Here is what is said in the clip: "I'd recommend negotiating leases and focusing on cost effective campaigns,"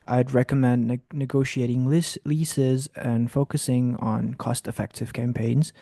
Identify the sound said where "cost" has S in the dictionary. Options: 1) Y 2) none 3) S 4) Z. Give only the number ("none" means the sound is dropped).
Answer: 3